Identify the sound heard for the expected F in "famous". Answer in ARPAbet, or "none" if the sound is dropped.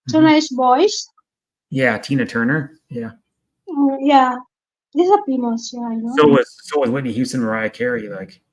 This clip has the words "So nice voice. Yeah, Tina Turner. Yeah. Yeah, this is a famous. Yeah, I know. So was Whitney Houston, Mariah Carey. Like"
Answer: P